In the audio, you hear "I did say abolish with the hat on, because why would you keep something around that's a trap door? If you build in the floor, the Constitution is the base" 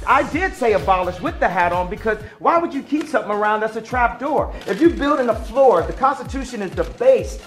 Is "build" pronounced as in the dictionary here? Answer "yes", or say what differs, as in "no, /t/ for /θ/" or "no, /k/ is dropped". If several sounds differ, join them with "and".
yes